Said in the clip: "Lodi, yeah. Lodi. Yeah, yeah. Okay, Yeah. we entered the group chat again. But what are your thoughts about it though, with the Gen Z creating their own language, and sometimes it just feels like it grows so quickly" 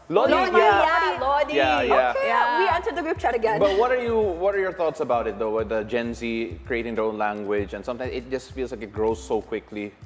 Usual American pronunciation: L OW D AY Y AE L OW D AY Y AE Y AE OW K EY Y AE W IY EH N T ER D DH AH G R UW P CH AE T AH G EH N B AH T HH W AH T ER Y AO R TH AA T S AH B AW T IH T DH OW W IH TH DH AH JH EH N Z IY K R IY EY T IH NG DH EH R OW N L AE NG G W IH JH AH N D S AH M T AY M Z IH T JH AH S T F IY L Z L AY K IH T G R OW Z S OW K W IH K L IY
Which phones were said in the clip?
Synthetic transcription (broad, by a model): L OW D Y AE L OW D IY Y AE Y AE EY Y AE W IY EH N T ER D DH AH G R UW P CH AE T AH G EH N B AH T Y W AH T ER Y AO R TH AA T S AH B AW T IH T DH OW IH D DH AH JH EH N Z IY K R IY EY T IH NG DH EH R OW N L AE NG G W IH JH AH N S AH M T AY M IH T JH AH S T F IY L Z L AY K IH T G R OW Z S OW K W IH K L IY